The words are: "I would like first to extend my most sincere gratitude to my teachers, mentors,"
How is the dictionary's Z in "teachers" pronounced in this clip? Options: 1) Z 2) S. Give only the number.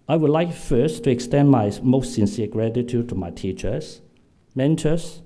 2